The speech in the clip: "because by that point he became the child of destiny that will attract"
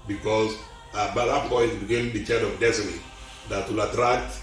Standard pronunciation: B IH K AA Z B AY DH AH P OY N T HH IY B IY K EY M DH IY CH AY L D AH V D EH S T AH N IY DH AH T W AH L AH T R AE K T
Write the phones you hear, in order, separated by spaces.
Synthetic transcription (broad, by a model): B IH K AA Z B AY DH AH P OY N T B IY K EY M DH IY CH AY D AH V D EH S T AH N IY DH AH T W AH L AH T R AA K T